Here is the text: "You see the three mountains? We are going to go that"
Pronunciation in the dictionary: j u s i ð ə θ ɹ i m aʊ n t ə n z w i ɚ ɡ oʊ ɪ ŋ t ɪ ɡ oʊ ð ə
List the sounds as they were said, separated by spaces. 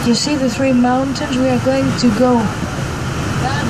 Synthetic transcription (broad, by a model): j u s i ð ə θ ɹ i m aʊ n t ə n z w i ɚ ɡ oʊ ɪ ŋ t ɪ ɡ oʊ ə